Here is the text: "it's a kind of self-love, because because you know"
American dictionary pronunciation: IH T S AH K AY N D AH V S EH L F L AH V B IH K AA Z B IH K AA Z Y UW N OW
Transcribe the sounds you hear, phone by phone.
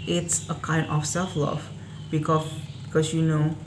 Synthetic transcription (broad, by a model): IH T S AH K AY N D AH F S EH L F L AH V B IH K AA B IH K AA S Y UW N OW